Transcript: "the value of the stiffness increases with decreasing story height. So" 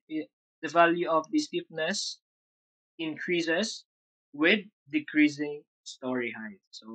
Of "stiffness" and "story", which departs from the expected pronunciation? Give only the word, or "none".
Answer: stiffness